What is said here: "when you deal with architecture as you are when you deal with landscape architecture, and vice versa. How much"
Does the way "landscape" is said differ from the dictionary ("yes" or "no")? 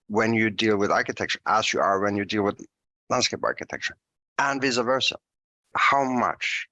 no